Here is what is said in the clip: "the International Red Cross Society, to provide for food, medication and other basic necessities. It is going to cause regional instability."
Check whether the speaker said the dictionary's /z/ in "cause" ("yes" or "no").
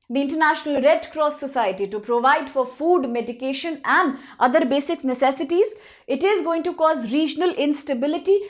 yes